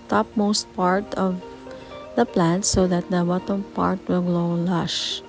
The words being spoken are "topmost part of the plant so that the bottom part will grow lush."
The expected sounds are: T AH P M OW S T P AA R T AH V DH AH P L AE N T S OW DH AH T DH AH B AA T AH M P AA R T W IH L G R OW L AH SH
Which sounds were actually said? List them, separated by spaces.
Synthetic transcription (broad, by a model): T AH P M OW S T P AA R T AH V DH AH P L AE N T S OW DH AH T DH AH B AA T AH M P AA R T W IH L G L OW L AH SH